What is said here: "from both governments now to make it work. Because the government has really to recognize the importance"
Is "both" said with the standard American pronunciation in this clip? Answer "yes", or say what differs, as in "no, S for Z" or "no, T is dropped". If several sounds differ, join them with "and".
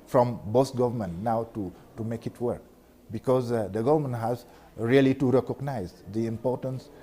no, S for TH